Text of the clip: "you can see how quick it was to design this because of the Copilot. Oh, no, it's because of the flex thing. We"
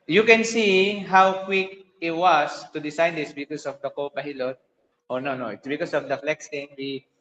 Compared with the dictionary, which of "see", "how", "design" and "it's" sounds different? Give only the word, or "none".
design